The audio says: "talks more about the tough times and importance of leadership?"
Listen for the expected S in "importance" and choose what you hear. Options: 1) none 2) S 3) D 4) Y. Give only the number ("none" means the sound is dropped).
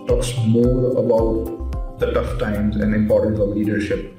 1